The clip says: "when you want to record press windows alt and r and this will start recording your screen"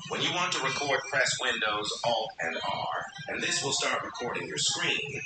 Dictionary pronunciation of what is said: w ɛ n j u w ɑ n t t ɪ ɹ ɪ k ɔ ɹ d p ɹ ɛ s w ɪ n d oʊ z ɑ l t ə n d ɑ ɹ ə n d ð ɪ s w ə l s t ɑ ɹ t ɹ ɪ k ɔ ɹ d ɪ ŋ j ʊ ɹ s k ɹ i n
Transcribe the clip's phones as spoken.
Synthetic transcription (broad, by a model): w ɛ n j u w ɑ n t t ɪ ɹ ɪ k ɔ ɹ d p ɹ ɛ s w ɪ n d oʊ z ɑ l ə n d ɑ ɹ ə n ð ɪ s w ə l s t ɑ ɹ t ɹ ɪ k ɔ ɹ d ɪ ŋ j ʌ ɹ s k ɹ i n